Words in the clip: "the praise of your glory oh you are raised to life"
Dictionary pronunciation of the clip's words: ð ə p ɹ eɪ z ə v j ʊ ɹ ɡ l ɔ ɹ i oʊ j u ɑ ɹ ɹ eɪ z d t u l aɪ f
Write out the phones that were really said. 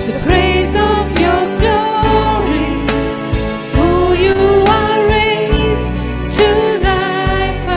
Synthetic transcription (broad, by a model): ð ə p ɹ eɪ z ə v j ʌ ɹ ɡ l ɔ ɹ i oʊ j u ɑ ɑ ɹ eɪ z t u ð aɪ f